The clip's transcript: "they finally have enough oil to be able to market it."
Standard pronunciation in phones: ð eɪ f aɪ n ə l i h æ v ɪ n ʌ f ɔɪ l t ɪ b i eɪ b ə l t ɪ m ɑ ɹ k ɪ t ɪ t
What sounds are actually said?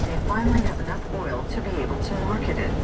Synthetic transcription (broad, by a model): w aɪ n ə n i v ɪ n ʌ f ɔɪ l t ɪ b i eɪ b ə l t ɪ m ɑ ɹ k ɪ t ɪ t